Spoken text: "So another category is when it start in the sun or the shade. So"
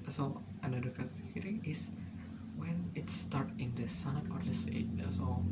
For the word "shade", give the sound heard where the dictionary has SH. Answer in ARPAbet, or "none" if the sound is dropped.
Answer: S